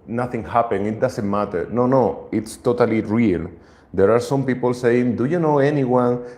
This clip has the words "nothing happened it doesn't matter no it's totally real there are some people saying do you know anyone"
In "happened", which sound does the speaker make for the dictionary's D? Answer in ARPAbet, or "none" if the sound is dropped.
none